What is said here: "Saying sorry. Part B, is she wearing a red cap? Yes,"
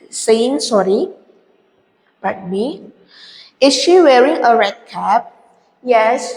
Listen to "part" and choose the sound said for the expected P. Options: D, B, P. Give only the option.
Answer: B